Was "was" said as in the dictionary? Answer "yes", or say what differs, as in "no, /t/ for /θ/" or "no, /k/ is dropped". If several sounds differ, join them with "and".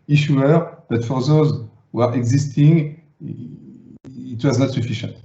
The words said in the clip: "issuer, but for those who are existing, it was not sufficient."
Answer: yes